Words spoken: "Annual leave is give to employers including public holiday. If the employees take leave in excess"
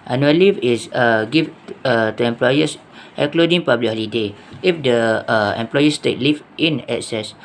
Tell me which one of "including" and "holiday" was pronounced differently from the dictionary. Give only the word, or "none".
including